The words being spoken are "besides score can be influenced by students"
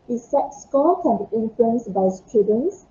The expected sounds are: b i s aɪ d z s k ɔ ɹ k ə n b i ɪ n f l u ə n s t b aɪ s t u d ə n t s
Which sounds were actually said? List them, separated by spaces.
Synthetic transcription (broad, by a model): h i s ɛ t s k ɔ l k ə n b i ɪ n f l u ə n s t b aɪ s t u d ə n s